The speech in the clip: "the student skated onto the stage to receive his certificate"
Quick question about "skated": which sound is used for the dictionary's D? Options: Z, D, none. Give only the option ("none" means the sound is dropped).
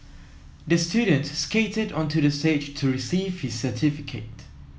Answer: D